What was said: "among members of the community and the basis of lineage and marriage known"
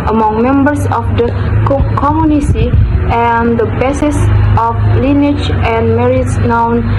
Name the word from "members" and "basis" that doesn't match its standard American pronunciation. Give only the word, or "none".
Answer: members